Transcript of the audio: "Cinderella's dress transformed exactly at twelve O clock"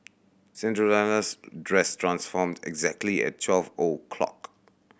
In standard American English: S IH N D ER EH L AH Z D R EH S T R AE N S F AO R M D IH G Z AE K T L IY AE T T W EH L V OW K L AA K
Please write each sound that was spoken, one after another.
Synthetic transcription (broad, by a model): S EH N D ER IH N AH S D R EH S T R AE N S F AO M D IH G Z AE K T L IY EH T T W EH L V OW K L AA K